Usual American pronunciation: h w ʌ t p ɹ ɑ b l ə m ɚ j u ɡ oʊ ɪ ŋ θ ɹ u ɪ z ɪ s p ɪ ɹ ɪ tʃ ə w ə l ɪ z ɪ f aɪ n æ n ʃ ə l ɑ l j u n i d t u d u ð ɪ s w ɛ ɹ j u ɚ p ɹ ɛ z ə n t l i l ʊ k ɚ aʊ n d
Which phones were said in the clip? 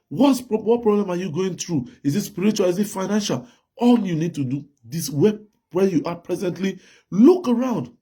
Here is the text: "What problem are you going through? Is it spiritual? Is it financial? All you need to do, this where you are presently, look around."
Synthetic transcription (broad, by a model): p w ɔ t p ɹ ɑ b l ə m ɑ j u ɡ oʊ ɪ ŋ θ ɹ u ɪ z ɪ s p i ɹ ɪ tʃ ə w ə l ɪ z ɪ f aɪ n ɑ n ʃ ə l ɑ l j u n i d t u d u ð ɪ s w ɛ w j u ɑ p ɹ ɛ z ə n t l i l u k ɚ aʊ n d